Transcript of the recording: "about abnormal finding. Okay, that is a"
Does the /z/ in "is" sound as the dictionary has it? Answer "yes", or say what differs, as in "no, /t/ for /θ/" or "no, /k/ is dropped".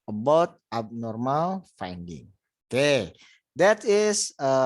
no, /s/ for /z/